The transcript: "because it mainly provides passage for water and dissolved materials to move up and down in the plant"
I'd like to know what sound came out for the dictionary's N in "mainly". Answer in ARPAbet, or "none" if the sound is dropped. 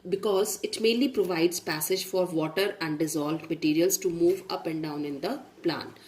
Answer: N